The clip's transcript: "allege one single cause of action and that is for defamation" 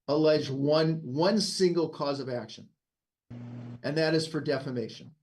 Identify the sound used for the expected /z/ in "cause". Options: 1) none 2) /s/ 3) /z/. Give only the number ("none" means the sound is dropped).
3